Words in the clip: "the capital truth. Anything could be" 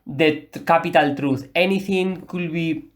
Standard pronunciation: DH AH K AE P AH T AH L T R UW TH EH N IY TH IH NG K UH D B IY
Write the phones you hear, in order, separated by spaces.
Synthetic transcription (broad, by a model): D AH K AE P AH T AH L T R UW S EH N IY T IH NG K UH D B IY